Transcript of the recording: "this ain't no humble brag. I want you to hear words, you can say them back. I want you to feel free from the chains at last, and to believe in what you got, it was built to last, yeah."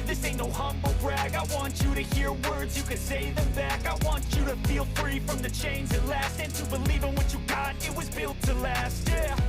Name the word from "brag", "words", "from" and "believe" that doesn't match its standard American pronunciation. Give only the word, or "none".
none